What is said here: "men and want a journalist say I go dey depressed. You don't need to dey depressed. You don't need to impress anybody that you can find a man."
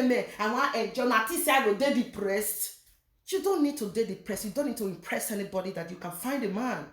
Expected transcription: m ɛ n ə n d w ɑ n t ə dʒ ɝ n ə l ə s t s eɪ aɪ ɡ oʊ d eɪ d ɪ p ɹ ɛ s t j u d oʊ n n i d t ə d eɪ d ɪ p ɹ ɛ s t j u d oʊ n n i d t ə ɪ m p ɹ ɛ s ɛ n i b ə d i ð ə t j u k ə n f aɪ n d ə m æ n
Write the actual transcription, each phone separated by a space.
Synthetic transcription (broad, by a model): m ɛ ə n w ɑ t ə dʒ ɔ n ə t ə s s eɪ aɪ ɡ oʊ d eɪ d ɪ p ɹ ɛ s t j u d oʊ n n i d t ə d eɪ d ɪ p ɹ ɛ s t j u d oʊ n n i d t ə ɪ m p ɹ ɛ s ɛ n i b ə d i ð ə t j u k ə n f aɪ n d ə m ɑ n